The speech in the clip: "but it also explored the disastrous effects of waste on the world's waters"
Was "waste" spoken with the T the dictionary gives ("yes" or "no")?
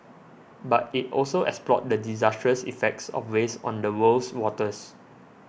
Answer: no